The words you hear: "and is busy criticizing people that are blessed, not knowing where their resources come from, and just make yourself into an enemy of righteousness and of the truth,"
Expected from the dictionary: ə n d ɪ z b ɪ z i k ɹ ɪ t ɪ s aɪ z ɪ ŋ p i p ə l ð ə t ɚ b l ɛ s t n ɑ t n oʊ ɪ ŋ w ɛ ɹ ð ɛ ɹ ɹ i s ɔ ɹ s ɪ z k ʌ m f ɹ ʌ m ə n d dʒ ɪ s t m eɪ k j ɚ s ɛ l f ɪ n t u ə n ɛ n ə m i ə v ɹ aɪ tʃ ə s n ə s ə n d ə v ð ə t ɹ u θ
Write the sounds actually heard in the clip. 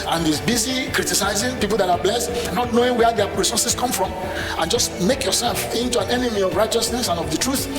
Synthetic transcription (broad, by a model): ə n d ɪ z b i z i k ɹ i t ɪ s aɪ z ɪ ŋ p i p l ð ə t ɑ b l ɛ s t n ɑ t n oʊ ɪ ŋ w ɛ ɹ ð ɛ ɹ ɹ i s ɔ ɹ s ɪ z k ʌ m f ɹ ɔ m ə n dʒ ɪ s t m eɪ k j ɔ s ɛ l f ɪ n t u ə n ɛ n ə m i ə v ɹ aɪ tʃ ə s n ə s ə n ə v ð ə t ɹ u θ